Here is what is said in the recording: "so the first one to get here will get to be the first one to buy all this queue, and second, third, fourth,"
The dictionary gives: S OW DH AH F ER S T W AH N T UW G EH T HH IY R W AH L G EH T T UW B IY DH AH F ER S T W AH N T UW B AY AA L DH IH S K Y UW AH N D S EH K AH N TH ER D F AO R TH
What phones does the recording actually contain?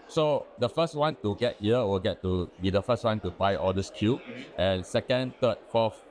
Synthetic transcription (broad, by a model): S OW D AH F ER S T W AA N T UW G EH T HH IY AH W AH L G EH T T UW B IY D AH F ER S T W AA N T UW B AY AA L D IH S K Y UW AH N S EH K AH N T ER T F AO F